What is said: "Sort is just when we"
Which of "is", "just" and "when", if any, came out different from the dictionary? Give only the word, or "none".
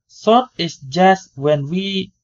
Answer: is